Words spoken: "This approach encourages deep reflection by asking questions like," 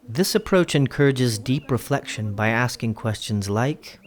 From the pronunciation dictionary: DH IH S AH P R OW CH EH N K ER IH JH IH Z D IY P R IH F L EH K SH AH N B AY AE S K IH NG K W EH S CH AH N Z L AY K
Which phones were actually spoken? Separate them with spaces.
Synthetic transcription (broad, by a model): DH IH S AH P R OW CH EH N K ER IH JH IH Z D IY P R IH F L EH K SH AH N B AY AE S K IH NG K W EH S CH AH N Z L AY K